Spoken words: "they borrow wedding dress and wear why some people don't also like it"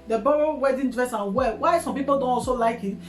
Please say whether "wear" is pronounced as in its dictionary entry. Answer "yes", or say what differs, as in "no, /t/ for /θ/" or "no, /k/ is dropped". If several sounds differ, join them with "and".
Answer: no, /l/ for /ɹ/